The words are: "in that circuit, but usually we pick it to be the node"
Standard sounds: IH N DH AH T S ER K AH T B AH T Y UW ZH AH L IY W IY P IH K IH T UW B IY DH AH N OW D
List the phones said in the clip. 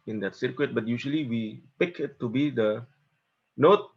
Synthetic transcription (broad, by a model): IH N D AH T S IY K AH T B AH T Y UW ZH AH L IY W IY P IH K IH T UW B IY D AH N OW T